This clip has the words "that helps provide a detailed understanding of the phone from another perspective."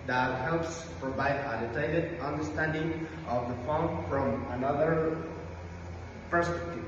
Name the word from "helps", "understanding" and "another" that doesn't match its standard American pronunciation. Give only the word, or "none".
none